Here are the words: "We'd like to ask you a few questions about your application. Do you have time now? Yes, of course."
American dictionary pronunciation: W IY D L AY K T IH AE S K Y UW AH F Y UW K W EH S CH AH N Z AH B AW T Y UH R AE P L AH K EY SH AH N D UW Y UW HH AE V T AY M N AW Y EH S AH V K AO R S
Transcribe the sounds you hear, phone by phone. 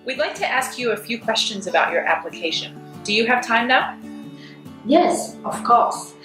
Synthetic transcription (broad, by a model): W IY D L AY K T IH AE S K Y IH AH F Y UW K W EH S CH AH N Z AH B AW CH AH R AE P L AH K EY SH AH N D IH Y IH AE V T AY M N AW Y EH S AH V K AO R S